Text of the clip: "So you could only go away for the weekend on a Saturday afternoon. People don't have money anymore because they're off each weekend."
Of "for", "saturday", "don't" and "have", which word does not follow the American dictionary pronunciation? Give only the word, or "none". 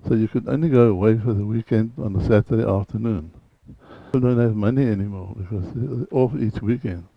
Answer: none